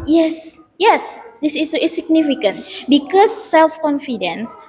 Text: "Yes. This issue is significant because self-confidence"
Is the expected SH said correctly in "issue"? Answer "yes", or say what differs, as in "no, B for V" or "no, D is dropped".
no, S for SH